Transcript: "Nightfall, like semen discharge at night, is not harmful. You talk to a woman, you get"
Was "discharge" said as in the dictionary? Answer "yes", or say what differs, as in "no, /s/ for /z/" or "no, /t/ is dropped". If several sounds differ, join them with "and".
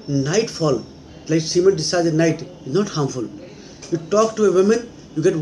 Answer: no, /tʃ/ is dropped